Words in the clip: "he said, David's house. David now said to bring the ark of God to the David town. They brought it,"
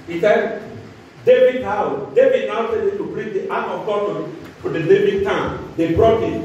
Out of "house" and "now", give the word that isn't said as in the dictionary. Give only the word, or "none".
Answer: house